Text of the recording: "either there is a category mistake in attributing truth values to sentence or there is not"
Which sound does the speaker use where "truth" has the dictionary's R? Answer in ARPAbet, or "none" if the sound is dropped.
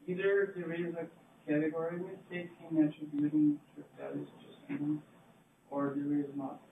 none